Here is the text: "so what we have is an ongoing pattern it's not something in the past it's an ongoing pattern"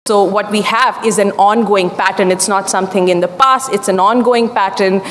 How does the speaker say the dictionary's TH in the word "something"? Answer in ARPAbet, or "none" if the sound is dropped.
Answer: T